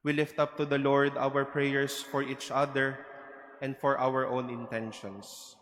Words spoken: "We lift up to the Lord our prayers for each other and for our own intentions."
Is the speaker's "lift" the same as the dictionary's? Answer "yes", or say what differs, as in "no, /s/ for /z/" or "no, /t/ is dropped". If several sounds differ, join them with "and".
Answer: yes